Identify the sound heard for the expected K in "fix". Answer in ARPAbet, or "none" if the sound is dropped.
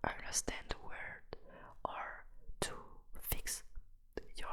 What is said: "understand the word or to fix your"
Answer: K